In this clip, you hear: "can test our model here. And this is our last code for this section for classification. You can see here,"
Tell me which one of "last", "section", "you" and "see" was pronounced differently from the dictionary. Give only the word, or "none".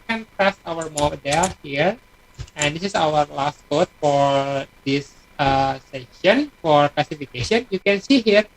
section